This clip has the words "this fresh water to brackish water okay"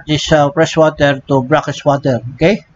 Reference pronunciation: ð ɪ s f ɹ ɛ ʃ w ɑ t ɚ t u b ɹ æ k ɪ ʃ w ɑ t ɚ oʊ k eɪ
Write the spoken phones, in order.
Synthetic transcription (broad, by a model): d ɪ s p ɹ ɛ s w ɑ t ɚ t u b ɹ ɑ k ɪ s w ɑ t ɚ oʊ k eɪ